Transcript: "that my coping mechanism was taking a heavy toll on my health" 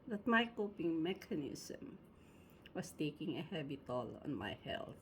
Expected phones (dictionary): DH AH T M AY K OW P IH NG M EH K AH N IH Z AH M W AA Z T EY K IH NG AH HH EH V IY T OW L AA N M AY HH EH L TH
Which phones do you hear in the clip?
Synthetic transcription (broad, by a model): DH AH T M AY K OW P IH NG M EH K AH N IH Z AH M W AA S T EY K IH NG AH HH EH B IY T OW L AA N M AY HH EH L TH